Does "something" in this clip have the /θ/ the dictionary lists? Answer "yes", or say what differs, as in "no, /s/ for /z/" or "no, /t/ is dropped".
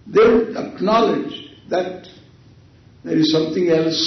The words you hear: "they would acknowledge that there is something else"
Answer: no, /t/ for /θ/